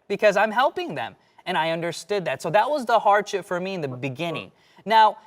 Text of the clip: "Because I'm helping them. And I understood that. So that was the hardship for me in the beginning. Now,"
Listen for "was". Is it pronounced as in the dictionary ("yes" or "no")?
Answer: yes